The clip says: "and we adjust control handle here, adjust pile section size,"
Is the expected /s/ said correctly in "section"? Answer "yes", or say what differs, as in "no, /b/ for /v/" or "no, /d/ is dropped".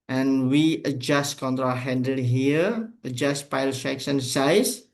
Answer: no, /ʃ/ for /s/